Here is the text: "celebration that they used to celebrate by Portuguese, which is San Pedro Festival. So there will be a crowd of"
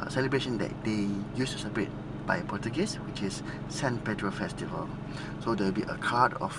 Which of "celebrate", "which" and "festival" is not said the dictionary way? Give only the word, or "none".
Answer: celebrate